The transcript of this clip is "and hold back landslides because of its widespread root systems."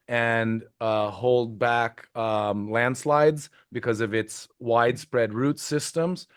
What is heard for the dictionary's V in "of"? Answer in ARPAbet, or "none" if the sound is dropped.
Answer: V